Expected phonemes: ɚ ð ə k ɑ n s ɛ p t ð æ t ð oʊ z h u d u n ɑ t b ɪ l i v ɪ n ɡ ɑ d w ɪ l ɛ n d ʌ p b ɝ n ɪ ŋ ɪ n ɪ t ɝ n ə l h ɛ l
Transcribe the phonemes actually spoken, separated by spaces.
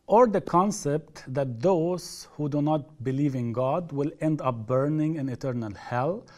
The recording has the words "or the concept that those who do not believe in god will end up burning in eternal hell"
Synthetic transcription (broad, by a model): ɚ ð ə k ɑ n s ɛ p t ð æ t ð oʊ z h u d u n ɑ t b ɪ l i v ɪ n ɡ ɑ d w ɪ l ɛ n d ʌ p b ɝ n ɪ ŋ ɪ n ɪ t ɝ n ə l h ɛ l